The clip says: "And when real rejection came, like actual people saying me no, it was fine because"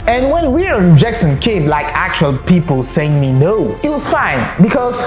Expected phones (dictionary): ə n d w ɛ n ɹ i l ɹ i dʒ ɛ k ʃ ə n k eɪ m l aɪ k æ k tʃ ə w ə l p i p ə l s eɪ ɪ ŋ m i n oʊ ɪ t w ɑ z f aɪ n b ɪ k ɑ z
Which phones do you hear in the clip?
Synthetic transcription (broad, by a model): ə n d w ɛ n w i ɹ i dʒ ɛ k s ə n k eɪ m l aɪ k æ k tʃ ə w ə l p i p ə l s eɪ ɪ ŋ m i n oʊ ɪ t w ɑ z f aɪ n b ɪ k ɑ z